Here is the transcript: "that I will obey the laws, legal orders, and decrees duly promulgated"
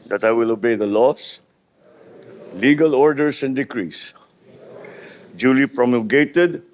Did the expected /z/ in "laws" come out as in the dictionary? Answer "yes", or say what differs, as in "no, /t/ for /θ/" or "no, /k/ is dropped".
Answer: no, /s/ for /z/